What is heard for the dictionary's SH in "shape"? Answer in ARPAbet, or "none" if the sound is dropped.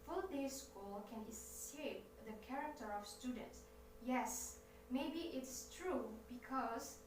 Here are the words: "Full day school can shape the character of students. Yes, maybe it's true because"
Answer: S